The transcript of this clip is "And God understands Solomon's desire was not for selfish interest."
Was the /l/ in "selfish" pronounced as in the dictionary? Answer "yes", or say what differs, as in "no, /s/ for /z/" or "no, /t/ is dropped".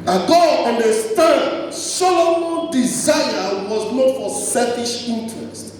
no, /l/ is dropped